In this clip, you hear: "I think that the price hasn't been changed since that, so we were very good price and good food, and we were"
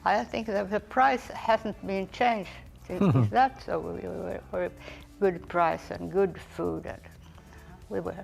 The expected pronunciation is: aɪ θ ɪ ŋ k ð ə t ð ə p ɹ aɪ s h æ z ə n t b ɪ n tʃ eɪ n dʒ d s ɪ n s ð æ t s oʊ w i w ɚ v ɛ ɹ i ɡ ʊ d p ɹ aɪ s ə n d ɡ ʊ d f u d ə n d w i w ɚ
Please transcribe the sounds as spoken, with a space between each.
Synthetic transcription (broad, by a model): aɪ θ ɪ ŋ k ð ə t ð ə p ɹ aɪ s h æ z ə n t b ɪ n tʃ eɪ n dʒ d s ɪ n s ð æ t s oʊ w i w ɚ w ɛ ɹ ɡ ʊ d p ɹ aɪ s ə n ɡ ʊ d f u d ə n w i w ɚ